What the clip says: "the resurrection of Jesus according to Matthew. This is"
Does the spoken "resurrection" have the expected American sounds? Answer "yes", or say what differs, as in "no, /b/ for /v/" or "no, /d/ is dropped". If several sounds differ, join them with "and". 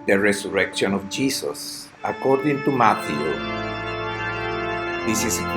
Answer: no, /s/ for /z/